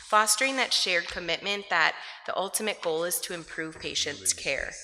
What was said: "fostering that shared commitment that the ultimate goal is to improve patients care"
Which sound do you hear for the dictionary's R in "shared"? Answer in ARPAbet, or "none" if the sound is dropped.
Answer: R